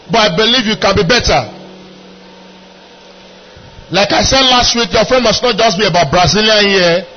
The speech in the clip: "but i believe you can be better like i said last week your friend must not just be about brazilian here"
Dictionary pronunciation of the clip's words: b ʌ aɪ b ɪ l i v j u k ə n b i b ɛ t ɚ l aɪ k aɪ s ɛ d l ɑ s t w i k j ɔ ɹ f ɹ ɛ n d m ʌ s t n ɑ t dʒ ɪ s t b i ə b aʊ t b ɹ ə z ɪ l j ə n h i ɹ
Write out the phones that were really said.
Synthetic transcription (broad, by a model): b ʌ aɪ b ɪ l i v j u k ə n b i b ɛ t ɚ l aɪ k aɪ s ɛ d l ɑ s t w i k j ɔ f ɛ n m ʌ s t n ɑ t dʒ ɪ s t b i ə b aʊ t b ɹ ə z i l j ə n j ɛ